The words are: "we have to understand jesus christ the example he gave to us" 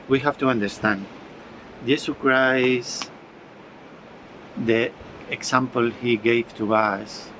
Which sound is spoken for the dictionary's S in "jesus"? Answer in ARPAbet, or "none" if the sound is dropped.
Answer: none